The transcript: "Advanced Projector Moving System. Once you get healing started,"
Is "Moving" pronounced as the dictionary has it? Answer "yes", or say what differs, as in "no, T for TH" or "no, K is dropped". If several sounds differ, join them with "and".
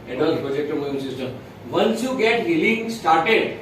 no, V is dropped